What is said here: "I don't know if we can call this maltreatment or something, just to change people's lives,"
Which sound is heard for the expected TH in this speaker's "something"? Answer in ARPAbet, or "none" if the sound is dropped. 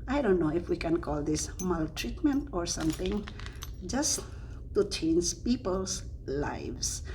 T